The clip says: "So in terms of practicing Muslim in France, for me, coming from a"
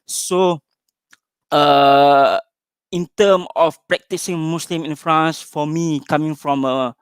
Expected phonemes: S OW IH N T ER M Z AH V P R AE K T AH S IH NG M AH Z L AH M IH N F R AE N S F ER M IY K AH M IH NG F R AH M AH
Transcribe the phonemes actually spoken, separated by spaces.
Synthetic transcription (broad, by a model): S OW IH N T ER M AH F P R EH K T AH S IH NG M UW S L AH M IH N F R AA N S F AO M IY K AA M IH NG F R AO M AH